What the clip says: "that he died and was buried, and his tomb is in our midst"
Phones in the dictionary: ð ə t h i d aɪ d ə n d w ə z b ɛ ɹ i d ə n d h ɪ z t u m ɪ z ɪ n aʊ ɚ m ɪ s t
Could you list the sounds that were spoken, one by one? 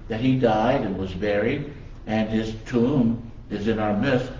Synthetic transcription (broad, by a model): ð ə t h i d aɪ d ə n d w ə z b ɛ ɹ i d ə n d ɪ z t u m ɪ z ɪ n aʊ ɚ m ɪ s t